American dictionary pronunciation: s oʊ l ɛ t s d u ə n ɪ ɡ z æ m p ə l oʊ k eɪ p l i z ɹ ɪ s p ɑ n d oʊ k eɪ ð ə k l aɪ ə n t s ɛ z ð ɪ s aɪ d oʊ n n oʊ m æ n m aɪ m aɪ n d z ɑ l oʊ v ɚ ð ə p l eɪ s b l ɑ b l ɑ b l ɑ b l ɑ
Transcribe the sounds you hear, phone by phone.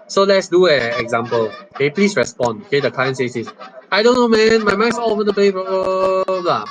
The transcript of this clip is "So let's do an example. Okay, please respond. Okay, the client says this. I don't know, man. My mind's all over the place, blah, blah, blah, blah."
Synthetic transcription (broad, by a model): s oʊ l ɛ t s d u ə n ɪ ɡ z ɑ m p ə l oʊ k eɪ p l i s ɹ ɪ s p ɑ n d oʊ k eɪ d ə k l aɪ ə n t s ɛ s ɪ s aɪ d oʊ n n oʊ m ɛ n m aɪ m aɪ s ɑ l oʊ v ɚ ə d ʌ b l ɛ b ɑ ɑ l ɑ